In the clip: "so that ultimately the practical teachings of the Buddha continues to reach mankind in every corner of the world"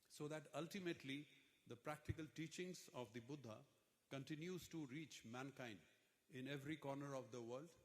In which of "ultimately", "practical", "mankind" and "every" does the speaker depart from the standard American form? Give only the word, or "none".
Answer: none